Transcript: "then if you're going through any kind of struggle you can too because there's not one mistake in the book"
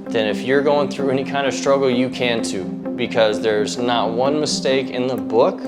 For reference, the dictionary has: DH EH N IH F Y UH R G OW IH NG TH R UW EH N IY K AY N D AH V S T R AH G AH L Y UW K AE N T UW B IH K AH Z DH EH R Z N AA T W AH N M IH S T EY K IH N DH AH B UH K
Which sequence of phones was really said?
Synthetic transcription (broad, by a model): DH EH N IH F Y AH R G OW IH NG TH R UW EH N IY K AY N D AH V S T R AH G L Y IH K AE N T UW B IH K AH Z DH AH R Z N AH T W AH N M IH S T EY K IH N DH AH B UH K